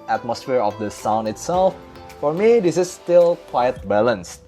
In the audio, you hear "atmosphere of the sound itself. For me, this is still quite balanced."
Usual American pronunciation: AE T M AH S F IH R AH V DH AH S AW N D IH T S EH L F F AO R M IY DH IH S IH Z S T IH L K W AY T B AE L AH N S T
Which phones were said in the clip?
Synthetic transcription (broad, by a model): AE T M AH S F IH R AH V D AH S AW N IH T S EH L F F AO R M IY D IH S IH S T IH L K W AY T B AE L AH N S